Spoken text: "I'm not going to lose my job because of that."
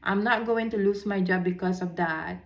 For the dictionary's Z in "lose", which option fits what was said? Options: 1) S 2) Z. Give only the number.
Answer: 1